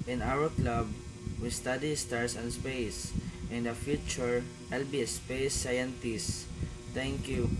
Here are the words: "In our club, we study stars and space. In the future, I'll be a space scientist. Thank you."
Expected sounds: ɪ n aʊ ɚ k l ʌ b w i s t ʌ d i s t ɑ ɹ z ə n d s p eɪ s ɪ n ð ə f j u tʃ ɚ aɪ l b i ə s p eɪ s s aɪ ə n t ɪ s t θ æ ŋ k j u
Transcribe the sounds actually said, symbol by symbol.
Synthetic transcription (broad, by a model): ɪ n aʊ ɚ k l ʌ b w i s t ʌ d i s t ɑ ɹ s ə n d s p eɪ s ɪ n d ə f j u tʃ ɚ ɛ l b i s p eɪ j s aɪ ə n t ɪ s t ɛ ŋ k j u